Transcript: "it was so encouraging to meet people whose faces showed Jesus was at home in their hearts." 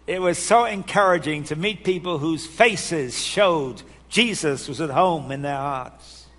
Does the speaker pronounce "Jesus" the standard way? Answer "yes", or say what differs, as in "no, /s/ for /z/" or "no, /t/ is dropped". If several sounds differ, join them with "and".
yes